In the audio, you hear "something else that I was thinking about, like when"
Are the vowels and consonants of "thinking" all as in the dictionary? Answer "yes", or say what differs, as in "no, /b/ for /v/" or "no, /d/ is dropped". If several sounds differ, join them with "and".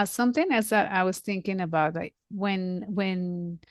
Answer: yes